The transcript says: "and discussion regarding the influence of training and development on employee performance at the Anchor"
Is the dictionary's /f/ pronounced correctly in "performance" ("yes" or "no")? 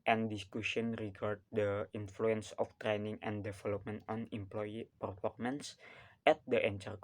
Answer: no